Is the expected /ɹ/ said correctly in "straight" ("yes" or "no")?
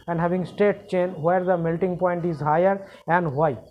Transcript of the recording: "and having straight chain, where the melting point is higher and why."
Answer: no